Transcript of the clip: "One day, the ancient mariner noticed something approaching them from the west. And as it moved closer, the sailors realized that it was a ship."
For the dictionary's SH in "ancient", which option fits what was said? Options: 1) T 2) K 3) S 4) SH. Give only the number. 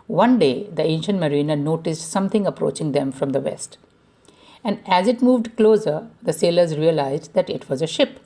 4